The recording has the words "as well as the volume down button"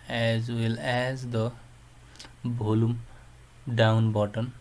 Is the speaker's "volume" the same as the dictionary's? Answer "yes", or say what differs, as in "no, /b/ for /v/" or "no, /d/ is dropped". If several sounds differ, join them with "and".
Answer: no, /b/ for /v/